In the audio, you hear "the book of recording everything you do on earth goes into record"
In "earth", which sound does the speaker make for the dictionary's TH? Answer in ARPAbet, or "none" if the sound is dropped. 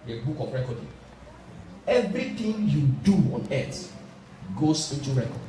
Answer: T